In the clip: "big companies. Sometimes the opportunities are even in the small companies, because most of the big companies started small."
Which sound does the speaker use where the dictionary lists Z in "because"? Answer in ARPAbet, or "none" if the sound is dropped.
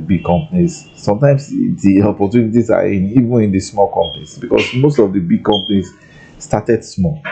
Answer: S